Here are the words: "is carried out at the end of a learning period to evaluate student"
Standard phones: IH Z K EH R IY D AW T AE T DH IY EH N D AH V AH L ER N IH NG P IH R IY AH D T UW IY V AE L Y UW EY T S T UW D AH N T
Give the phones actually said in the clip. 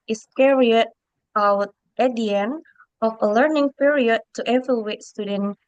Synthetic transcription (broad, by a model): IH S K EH R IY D AW T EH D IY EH N AH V AH L ER N IH NG P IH R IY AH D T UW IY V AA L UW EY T S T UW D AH N